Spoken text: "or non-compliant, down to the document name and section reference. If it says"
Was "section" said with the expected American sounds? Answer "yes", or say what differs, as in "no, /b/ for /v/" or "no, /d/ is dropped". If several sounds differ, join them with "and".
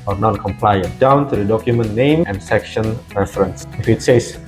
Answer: yes